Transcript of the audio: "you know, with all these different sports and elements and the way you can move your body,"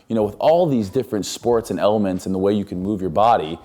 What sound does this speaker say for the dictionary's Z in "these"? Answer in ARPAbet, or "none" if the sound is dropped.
Z